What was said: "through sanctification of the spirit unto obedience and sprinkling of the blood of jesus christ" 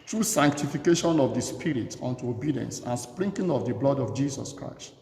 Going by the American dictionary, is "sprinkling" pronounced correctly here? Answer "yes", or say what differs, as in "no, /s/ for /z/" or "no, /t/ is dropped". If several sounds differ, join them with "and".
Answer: no, /l/ is dropped